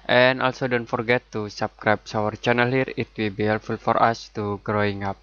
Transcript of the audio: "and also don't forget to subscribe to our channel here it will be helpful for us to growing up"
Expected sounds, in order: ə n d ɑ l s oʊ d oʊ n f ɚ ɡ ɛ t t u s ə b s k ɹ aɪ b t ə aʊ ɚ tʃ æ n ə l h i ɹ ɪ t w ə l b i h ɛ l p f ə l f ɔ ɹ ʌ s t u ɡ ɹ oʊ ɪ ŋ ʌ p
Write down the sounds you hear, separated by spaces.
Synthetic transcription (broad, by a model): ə n ɑ l s oʊ d oʊ n f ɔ ɡ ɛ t t u s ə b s k ɹ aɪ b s aʊ ɚ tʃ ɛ n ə l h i ɹ ɪ t w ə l b i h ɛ l f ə l f ɔ ɹ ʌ s t u ɡ ɹ oʊ ɪ ŋ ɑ p